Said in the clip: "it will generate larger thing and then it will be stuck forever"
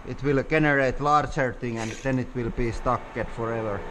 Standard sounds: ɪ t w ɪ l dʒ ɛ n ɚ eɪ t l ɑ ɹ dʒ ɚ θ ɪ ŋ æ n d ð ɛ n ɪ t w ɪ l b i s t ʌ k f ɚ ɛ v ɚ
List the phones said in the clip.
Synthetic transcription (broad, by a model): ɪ t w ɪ l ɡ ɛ n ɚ eɪ t l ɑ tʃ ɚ t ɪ ŋ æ n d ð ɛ n ɪ t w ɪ l b i s t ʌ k f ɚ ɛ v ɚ